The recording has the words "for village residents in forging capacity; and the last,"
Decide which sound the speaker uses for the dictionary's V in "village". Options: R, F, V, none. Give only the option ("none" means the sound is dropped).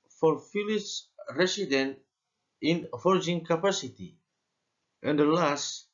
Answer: F